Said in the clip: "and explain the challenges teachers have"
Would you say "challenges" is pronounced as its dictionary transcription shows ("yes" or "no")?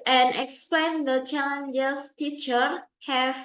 no